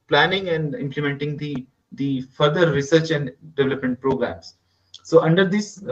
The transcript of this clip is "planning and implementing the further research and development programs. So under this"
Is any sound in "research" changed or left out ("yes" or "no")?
no